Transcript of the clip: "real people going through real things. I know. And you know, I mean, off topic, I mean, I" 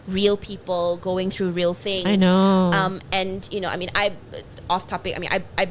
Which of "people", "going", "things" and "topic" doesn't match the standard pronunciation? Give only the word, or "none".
things